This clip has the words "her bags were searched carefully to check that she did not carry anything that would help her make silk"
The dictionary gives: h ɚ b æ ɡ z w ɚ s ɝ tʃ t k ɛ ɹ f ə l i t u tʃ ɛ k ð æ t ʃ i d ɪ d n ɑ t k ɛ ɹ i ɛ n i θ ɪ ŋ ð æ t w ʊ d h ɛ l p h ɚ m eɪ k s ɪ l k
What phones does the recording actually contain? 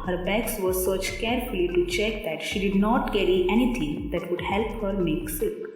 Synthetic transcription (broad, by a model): h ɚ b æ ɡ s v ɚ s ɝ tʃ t k ɛ ɹ f ə l i t u tʃ ɛ k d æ t ʃ i d ɪ d n ɑ t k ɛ ɹ i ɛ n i t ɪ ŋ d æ t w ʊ d h ɛ l p h ɚ m eɪ k s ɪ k